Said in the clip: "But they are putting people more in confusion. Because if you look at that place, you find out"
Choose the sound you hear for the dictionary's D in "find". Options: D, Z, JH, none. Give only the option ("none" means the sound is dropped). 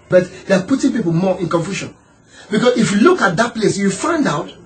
D